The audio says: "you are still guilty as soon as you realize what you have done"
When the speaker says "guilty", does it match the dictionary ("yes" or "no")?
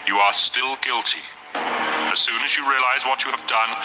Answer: yes